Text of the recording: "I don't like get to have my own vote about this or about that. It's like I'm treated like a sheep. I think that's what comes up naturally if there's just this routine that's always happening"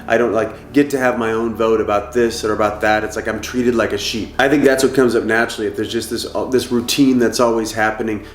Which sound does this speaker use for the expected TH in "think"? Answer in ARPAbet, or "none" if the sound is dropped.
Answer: TH